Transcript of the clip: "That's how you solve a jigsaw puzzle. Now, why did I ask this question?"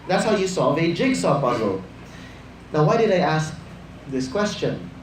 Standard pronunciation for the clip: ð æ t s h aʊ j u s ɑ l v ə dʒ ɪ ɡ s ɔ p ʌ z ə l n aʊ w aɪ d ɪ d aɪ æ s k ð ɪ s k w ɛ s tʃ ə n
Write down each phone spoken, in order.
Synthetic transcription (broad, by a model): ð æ t s h aʊ j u s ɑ v ə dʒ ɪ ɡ s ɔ b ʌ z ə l n aʊ w aɪ d ɪ d aɪ æ s k ð ɪ s k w ɛ s tʃ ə n